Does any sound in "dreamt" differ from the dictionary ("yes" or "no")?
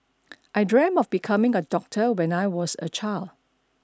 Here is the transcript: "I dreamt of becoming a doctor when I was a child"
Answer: yes